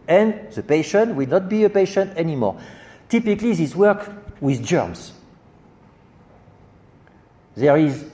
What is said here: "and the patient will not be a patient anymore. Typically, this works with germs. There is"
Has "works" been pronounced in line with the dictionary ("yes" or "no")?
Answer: no